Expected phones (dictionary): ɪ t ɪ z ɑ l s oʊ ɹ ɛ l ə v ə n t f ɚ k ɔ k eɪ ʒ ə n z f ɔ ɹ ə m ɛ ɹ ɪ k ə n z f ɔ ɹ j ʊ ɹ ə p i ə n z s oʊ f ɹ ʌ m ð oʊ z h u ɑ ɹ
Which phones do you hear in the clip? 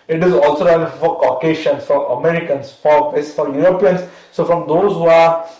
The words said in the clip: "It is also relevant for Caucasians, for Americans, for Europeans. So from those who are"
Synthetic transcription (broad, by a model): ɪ t ɪ z ɑ l s oʊ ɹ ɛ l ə f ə t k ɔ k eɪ ʃ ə n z f ɔ ɹ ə m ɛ ɹ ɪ k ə n s f ɔ ɹ j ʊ ɹ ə p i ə n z s oʊ f ɹ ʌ m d oʊ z h u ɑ ɹ